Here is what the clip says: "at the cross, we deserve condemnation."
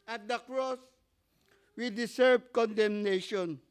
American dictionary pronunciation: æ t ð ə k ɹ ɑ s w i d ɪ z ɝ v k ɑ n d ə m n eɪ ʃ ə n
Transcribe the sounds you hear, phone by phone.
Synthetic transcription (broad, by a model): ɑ t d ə k ɹ ɑ s w i d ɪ s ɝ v k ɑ n d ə m n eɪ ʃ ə n